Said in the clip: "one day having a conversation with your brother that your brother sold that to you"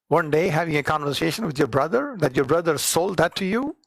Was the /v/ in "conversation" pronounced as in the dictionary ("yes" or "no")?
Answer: yes